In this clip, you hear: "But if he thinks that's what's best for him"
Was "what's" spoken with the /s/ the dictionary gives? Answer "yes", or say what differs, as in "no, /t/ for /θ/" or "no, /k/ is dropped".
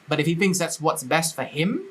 yes